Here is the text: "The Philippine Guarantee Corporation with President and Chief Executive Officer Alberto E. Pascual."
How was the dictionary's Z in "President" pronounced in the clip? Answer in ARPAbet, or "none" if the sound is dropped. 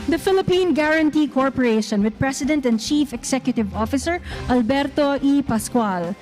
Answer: S